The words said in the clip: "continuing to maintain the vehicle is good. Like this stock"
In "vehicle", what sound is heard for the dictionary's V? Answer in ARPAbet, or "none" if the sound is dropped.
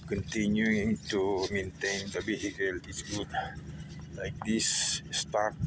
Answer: B